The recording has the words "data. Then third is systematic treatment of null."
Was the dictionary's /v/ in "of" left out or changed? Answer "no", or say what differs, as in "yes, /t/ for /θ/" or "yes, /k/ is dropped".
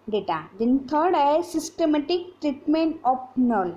yes, /p/ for /v/